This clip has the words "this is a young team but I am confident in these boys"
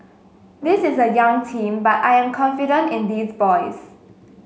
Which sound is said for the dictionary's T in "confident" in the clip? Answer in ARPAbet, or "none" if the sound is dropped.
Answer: T